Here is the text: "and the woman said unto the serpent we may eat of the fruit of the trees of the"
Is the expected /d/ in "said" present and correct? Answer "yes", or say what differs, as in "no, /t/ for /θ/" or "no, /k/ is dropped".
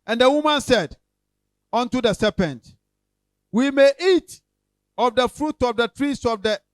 yes